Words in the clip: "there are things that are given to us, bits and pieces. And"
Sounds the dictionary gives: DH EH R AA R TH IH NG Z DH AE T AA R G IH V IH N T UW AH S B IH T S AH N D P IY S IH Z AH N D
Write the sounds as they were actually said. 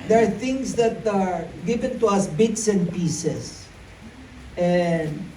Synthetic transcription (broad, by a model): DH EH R AA R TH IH NG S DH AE T AA R G IH V IH N T UW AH S B IH T S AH N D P IY S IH S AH N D